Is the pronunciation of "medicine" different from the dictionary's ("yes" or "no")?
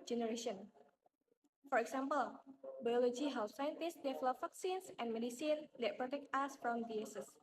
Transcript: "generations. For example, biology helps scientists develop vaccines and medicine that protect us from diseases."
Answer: no